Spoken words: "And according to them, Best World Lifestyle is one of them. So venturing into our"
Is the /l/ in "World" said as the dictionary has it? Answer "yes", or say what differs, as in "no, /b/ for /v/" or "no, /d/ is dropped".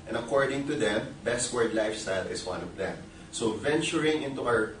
no, /l/ is dropped